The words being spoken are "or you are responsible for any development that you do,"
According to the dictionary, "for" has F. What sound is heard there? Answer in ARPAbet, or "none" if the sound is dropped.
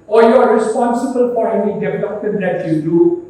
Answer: P